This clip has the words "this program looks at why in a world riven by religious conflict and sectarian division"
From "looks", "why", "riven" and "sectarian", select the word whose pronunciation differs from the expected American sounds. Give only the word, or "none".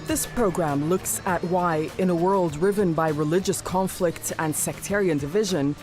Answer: none